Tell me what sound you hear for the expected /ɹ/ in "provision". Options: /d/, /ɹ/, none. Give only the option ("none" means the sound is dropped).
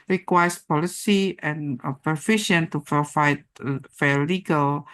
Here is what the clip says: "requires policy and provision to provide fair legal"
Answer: none